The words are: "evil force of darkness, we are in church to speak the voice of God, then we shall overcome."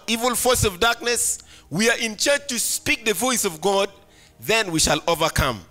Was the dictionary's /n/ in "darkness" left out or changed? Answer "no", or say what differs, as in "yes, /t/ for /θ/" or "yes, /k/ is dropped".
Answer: no